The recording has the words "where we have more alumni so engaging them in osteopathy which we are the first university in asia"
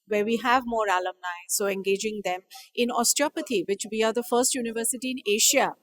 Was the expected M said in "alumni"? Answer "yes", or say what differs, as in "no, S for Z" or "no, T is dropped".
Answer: yes